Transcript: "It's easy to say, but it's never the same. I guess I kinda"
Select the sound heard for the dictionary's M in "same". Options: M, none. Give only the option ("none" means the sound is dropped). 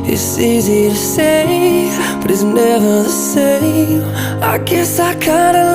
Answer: none